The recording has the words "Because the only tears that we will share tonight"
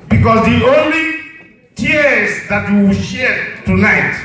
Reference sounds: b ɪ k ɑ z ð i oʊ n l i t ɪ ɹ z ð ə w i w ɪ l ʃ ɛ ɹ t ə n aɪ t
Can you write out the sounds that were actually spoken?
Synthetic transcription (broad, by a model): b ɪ k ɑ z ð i oʊ n l i t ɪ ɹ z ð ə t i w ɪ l ʃ ɛ ɹ t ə n aɪ t